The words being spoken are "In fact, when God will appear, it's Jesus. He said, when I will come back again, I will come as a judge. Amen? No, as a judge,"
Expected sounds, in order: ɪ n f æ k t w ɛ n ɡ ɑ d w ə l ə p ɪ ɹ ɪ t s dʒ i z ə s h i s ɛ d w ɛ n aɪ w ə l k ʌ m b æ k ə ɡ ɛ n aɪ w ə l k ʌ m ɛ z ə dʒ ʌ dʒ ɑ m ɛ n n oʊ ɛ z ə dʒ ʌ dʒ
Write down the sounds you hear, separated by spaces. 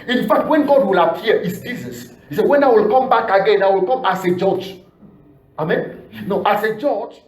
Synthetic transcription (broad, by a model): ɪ n f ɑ k t w ɛ n ɡ ɑ d w ə l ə p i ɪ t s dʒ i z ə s h i s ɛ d w ɛ n aɪ w ə l k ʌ m b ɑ k ə ɡ ɛ n aɪ w ə l k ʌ m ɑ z ə dʒ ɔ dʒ ɑ m ɛ n n oʊ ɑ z ə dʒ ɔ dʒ